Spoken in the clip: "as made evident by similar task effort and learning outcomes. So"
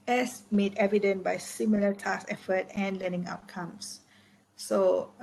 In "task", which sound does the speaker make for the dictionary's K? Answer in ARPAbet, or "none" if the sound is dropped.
none